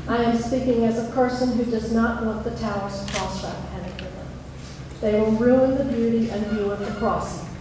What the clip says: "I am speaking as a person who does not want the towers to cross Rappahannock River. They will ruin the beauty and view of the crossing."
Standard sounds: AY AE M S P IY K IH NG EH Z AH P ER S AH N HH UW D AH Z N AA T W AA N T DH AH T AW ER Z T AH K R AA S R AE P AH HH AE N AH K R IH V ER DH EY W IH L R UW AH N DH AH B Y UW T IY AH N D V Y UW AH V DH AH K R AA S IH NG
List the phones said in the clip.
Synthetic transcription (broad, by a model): AY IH M S P IY K IH NG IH Z AH P ER S AH N HH UW D AH Z N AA T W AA T DH AH T AW ER Z K R AA S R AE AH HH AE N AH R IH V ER DH EY W IH L R UW AH N DH AH B Y UW T IY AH N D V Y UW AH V DH AH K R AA S